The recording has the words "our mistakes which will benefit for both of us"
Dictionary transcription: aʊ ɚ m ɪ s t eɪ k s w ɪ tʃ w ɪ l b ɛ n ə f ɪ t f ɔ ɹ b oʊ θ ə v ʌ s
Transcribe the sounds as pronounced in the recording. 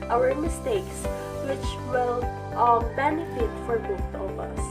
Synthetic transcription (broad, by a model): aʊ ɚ m ɪ s t eɪ k s w ɪ tʃ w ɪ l b ɛ n ə f ɪ t f ɔ ɹ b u t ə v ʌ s